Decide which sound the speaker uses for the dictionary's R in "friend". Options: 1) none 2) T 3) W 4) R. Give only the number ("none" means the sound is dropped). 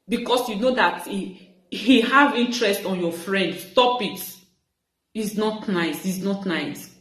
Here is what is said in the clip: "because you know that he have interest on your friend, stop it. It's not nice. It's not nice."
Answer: 4